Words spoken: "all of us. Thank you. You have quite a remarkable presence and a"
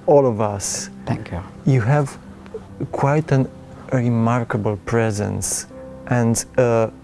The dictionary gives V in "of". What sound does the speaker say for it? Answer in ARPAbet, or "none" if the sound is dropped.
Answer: V